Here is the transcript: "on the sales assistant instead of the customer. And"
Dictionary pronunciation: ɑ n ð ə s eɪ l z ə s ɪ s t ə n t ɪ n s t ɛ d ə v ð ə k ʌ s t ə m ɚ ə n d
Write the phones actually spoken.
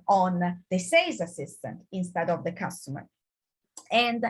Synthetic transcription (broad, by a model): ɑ n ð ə s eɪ z ə s ɪ s t ə n t ɪ n s t ɛ d ə v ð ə k ʌ s t ə m ɚ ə n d